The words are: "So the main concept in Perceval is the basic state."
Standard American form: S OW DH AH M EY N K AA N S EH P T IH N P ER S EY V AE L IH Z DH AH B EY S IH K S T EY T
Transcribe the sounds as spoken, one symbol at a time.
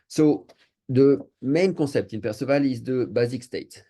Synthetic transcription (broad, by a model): S OW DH AH M EY N K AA S EH P T IH N P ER S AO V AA L IH Z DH AH B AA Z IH K S T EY T